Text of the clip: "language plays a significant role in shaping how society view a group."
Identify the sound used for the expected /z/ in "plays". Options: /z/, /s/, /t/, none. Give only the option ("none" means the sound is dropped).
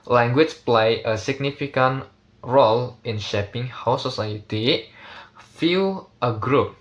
none